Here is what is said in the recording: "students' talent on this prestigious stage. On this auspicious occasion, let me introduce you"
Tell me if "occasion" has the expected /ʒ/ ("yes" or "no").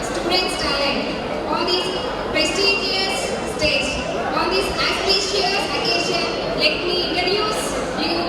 no